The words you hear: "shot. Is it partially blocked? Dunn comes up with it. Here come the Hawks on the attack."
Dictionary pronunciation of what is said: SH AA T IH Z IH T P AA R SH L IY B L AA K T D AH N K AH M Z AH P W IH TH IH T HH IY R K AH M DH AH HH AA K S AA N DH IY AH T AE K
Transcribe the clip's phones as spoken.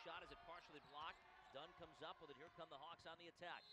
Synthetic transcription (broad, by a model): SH AA T IH Z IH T P AA R SH L IY B L AA K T D AH N K AH M Z AH P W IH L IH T HH IY R K AH M DH AH HH AA K S N DH IY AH T AE K